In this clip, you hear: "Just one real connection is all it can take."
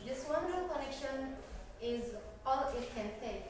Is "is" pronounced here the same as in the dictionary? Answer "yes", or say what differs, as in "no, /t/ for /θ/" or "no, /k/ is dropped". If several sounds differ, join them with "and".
yes